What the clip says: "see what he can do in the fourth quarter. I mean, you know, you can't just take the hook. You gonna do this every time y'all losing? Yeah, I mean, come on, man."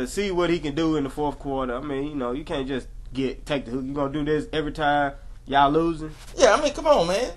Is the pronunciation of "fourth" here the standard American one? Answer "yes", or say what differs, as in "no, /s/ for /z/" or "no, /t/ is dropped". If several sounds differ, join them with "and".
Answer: yes